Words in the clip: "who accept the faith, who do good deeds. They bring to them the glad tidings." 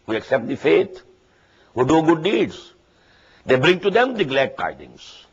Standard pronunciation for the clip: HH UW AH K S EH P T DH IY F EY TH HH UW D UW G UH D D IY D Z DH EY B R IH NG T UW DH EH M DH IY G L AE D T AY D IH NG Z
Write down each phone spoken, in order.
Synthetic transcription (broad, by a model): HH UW AH K S EH P T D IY F EY T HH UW D UW G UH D D IY D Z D EY B R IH NG T UW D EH M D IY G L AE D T AY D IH NG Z